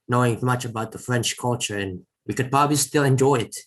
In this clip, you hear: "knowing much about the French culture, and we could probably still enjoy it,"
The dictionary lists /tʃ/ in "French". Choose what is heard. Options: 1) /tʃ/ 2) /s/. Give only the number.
1